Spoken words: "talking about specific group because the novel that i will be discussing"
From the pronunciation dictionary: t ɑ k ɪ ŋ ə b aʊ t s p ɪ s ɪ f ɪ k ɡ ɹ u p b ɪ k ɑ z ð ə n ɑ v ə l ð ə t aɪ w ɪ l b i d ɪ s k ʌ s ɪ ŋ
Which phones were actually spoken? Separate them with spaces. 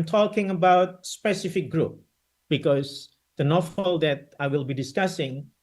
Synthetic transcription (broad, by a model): t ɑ k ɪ ŋ ə b aʊ t s p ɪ s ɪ f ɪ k ɡ ɹ u p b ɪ k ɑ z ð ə n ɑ f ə l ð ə t aɪ w ɪ l b i d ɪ s k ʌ s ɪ ŋ